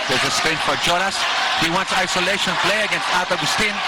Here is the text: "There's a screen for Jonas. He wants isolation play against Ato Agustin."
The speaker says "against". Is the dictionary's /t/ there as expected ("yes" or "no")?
yes